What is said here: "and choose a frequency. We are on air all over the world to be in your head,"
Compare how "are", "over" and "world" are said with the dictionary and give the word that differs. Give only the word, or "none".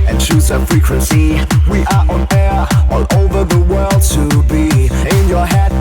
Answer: none